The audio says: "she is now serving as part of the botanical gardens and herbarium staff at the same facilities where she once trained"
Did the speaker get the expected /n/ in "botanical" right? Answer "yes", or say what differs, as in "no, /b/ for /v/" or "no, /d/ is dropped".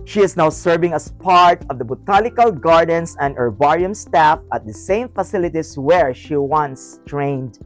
no, /l/ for /n/